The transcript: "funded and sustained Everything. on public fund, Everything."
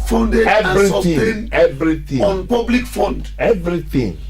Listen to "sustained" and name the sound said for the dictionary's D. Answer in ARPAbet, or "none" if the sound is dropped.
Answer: none